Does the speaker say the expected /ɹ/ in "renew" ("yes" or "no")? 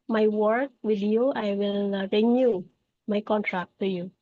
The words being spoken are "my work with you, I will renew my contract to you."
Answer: yes